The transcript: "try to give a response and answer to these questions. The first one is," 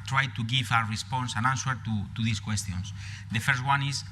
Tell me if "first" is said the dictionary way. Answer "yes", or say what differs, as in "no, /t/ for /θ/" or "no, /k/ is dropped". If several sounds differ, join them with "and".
yes